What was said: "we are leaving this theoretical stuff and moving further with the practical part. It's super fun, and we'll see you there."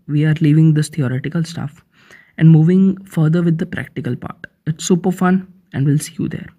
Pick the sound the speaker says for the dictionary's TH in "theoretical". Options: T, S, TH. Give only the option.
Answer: T